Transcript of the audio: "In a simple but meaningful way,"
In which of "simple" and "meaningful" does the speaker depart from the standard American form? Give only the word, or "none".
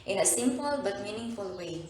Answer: none